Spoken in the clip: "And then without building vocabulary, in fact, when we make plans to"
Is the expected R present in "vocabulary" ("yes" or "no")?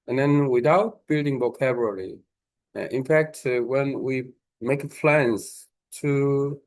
no